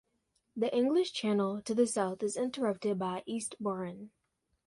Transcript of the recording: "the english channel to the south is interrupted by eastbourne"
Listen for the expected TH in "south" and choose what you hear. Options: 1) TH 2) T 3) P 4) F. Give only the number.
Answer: 1